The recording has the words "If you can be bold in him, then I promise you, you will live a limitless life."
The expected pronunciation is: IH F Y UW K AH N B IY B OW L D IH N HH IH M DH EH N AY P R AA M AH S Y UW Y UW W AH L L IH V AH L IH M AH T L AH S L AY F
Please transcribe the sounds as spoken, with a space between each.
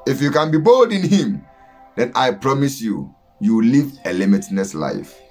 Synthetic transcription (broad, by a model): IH F Y UW K AH N B IY B OW L D IH N HH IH M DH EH N AY P R AA M AH S Y UW Y UW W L L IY V AH L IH M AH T N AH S L AY F